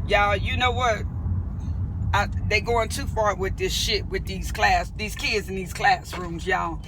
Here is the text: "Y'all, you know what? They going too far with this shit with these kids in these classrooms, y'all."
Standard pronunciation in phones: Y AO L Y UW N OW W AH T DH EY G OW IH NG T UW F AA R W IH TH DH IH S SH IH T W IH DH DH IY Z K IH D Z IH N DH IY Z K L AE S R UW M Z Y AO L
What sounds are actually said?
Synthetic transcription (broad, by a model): Y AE Y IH N OW W AH T DH EY G OW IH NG T UW F AA R W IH DH IH S SH IH T W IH DH DH IY Z K IH D Z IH N DH IY Z K L AE S R UW M Z Y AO